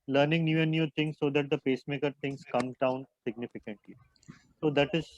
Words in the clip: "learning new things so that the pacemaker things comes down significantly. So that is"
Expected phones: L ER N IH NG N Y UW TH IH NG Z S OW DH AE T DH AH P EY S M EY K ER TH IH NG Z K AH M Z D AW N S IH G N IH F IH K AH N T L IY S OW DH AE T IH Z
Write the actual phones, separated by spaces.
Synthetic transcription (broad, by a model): L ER N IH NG N Y UW T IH NG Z S OW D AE T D AH P EY S M EY K ER T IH NG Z K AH M D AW N S IH G N IH F IH K AH N T L IY S OW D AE T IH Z